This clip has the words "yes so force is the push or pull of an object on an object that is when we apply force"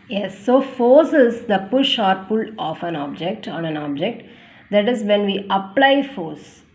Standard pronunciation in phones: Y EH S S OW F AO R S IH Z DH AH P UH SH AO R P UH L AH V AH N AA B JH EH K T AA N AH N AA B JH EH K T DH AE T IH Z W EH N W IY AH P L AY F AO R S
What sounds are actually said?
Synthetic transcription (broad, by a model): Y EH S S OW F AO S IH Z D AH P UH SH AO R P UH L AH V AH N AA B JH EH K T AA N AH N AA B JH EH K T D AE T IH Z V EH N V IY AH P L AY F AO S